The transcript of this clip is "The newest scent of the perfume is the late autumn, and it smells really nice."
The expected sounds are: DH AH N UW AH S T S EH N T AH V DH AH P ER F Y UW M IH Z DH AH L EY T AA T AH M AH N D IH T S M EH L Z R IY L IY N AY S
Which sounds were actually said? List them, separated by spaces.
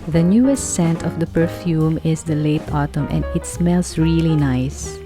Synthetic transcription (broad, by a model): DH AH N UW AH S T S EH N T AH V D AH P ER F Y UW M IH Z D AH L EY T AA T AH M AH N D IH T S M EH L S R IY L IY N AY S